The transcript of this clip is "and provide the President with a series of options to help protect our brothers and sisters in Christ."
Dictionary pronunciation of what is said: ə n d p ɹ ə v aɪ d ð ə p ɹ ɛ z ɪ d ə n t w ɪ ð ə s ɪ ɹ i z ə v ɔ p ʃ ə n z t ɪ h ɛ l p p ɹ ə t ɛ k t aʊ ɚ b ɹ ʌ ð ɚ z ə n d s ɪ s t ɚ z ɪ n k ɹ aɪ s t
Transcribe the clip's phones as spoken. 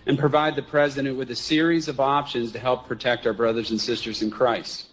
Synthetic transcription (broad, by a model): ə n p ɹ ə v aɪ d ð ə p ɹ ɛ z ɪ d ə n t w ɪ ð ə s ɪ ɹ i z ə v ɔ p ʃ ə n z t ɪ h ɛ l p p ɹ ə t ɛ k t aʊ ɚ b ɹ ʌ ð ɚ z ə n s ɪ s t ɚ z ɪ n k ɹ aɪ s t